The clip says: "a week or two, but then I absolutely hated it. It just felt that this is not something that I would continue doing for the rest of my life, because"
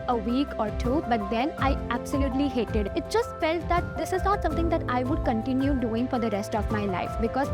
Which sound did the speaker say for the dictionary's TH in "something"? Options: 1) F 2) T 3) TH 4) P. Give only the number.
2